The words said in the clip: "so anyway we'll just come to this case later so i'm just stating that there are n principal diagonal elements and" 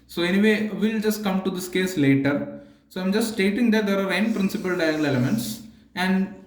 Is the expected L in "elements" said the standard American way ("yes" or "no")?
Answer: no